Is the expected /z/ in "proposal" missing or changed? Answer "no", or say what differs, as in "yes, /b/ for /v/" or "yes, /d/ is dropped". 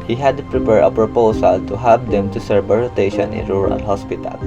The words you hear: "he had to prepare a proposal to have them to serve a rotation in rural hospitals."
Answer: yes, /s/ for /z/